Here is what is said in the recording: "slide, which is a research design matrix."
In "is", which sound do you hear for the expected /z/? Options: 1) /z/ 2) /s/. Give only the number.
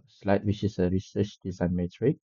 2